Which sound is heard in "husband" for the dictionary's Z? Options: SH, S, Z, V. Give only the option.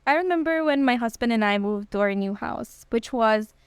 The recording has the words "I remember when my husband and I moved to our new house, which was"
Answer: Z